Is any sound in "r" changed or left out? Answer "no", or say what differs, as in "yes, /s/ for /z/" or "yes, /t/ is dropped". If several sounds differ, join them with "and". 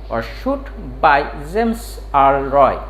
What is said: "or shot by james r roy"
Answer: yes, /l/ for /ɹ/